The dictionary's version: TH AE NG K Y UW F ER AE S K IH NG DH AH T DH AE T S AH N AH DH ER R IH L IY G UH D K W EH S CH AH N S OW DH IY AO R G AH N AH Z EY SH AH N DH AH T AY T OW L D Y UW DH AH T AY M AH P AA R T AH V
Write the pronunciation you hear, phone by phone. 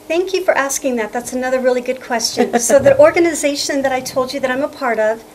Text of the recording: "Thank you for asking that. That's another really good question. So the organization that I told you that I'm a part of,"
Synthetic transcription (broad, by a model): TH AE NG K Y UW F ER AE S K IH NG DH AH T DH AE T S AH N AH DH ER R IH L IY G UH D K W EH S CH AH N S OW DH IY AO R G AH N AH Z EY SH AH N DH AH T AY T OW L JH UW DH AH T AY M AH P AA R T AH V